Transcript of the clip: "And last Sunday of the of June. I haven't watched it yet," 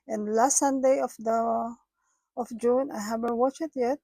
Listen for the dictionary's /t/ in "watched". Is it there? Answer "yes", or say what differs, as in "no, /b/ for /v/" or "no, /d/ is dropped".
no, /t/ is dropped